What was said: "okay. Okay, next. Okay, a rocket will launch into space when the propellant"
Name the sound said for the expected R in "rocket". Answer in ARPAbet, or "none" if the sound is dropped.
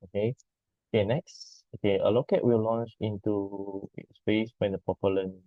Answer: L